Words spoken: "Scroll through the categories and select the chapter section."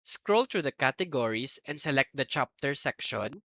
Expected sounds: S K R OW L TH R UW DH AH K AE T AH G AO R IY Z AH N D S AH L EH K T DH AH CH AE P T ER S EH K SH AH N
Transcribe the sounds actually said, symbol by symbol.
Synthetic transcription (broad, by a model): S K R OW L T R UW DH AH K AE T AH G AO R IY S AH N D S AH L EH K T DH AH CH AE P T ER S EH K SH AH N